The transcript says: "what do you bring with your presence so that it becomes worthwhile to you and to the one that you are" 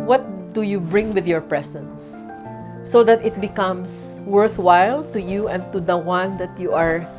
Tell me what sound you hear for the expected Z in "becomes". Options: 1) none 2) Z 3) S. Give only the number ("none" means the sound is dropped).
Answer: 3